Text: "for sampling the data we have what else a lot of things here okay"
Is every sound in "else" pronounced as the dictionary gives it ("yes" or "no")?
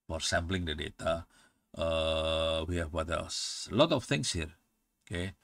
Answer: no